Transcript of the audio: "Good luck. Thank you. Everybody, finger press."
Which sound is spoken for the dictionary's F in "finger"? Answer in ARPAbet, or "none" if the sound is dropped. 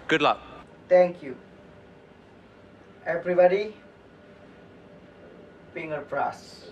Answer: P